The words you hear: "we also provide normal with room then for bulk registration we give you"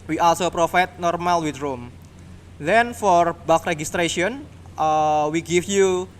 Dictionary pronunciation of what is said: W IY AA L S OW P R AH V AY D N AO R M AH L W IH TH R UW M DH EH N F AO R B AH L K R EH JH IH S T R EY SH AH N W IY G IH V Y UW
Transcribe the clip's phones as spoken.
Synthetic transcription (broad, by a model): W IY AA L S OW P R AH F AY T N AO R M AH L W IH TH R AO M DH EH N F AO R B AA K R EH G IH S T R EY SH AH N W IY G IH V Y UW